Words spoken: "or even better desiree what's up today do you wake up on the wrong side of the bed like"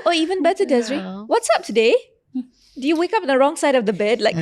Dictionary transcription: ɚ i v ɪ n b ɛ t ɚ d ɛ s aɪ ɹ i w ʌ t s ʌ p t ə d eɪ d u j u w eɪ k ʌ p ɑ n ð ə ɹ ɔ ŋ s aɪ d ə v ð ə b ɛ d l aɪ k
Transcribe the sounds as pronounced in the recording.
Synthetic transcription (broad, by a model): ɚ i v ɪ n b ɛ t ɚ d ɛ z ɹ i w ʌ t s ʌ p t ə d eɪ d u j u w eɪ k ʌ p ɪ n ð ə ɹ ɔ ŋ s aɪ d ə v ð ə b ɛ d l aɪ k